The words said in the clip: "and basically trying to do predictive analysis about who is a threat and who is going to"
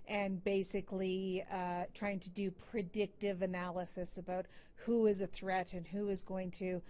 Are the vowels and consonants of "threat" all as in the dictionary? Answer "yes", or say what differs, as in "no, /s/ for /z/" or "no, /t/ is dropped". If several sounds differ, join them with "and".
yes